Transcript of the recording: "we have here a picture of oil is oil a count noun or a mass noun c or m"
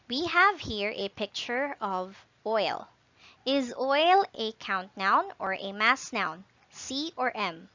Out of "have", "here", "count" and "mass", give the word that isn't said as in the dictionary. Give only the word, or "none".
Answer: none